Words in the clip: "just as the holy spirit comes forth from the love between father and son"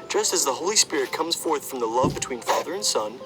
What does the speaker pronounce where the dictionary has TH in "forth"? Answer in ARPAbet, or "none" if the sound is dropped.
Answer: TH